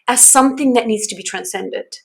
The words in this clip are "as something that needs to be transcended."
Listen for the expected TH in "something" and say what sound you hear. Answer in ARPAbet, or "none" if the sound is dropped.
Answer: TH